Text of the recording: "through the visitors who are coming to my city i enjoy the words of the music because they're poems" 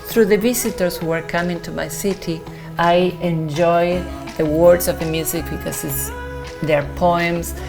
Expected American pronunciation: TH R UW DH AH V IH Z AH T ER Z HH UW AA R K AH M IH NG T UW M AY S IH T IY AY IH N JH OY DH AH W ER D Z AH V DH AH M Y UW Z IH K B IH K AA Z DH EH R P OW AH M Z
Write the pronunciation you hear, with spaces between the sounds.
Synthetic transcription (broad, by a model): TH R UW DH AH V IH S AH T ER S HH UW AA R K AH M IH NG T UW M AY S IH T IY AY IH N JH OY DH AH W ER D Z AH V DH AH M Y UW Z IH K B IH K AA S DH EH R P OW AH M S